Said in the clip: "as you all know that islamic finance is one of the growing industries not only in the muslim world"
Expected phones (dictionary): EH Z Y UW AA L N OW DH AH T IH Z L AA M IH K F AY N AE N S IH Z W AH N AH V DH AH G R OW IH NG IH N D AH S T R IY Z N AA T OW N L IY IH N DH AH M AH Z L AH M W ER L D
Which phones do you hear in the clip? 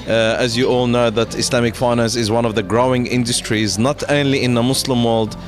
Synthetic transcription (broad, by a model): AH Z Y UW AA L N OW DH AH T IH S L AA M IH K F AY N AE N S IH Z W AH N AH V DH AH G R OW IH NG IH N D AH S T R IY Z N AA T OW N L IY IH N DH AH M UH S L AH M W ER L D